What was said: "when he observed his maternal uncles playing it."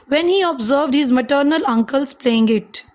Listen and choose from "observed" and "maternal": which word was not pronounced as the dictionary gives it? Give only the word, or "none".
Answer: none